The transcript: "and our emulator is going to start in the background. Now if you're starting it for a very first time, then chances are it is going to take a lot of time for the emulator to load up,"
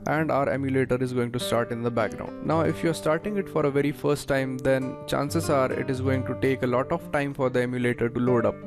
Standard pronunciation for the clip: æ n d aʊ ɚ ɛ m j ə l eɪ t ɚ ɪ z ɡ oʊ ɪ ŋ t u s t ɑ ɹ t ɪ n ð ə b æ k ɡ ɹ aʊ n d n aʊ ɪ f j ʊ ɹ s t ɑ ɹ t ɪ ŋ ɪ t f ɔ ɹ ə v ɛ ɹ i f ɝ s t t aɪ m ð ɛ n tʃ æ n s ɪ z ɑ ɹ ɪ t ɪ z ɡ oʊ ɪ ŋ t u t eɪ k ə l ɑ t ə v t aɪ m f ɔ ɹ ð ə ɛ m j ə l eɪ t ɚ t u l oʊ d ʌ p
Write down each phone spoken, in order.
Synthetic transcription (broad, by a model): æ n d aʊ ɚ ɛ m j ə l eɪ t ɚ ɪ z ɡ oʊ ɪ ŋ t u s t ɑ ɹ t ɪ n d ə b æ k ɡ ɹ aʊ n d n aʊ ɪ f j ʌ ɹ s t ɑ ɹ t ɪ ŋ ɪ t f ɔ ɹ ə v ɛ ɹ i f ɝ s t t aɪ m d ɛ n tʃ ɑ n s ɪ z ɑ ɹ ɪ t ɪ z ɡ oʊ ɪ ŋ t u t eɪ k ə l ɑ t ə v t aɪ m f ɔ ɹ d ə ɛ m j ə l eɪ t ɚ t u l oʊ d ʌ p